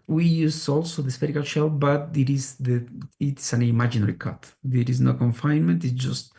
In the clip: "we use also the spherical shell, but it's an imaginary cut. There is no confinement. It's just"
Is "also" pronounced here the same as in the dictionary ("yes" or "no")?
yes